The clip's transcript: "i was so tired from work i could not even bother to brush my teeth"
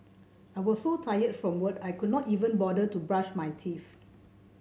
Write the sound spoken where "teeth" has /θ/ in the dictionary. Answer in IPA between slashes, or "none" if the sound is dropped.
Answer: /f/